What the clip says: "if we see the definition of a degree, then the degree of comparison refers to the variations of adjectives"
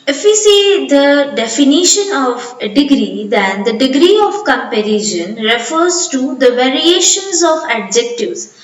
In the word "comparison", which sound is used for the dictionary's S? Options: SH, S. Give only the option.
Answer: SH